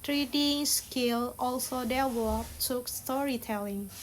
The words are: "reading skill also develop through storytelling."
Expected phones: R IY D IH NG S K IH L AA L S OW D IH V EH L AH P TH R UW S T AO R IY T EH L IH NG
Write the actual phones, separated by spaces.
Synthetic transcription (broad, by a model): R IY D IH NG S K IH L AA L S OW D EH W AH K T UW S T AO R IY T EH L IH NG